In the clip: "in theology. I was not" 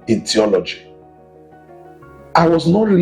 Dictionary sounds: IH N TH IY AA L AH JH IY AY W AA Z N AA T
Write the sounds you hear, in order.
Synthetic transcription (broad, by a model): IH N T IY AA L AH JH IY AY W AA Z N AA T